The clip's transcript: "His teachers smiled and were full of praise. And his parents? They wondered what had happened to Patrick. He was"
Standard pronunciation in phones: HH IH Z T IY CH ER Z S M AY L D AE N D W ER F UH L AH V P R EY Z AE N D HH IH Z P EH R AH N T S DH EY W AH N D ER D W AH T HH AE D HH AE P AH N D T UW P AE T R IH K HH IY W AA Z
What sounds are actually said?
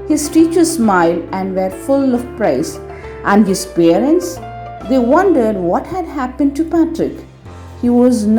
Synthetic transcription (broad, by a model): HH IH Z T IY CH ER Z S M AY L D AE N D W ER F UH L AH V P R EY S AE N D HH IH Z P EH R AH N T S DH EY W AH N D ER D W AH T HH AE D HH AE P AH N D T UW P AE T R IH K HH IY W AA Z